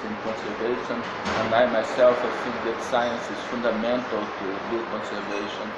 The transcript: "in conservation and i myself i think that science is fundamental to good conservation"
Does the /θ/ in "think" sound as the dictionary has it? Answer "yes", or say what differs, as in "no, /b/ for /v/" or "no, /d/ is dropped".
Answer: no, /f/ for /θ/